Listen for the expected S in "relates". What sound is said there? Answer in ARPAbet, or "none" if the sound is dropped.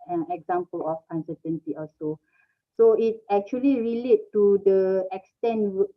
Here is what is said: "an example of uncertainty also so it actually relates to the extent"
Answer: none